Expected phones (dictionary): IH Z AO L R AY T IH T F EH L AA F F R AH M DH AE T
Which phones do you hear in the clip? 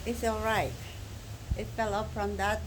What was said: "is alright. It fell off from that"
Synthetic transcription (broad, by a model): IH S AO L R AY T IH T F EH L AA P F R AH M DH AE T